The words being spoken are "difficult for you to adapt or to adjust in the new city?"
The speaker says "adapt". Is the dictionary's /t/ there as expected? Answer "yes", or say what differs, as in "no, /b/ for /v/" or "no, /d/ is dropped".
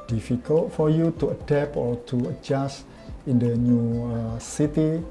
no, /t/ is dropped